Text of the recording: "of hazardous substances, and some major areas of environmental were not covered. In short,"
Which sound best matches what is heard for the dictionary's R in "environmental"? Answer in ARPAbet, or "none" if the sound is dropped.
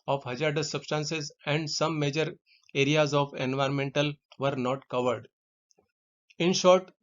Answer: R